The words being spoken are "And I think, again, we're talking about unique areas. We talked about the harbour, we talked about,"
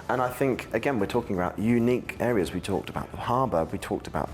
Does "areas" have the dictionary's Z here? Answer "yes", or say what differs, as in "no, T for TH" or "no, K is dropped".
yes